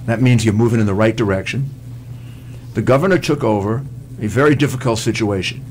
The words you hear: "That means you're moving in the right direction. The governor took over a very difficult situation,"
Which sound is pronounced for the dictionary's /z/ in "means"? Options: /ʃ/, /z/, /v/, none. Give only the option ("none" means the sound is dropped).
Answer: /z/